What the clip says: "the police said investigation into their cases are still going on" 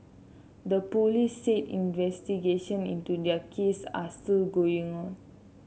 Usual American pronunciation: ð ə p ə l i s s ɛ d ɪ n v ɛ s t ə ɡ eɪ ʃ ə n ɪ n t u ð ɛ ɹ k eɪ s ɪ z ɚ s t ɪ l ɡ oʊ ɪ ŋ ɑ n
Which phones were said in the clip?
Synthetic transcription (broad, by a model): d ə p ə l i s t ɛ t ɪ n v ɛ s t ə ɡ eɪ ʃ ə n ɪ n t u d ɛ k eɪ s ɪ s t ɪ l ɡ oʊ ɪ ŋ ɑ n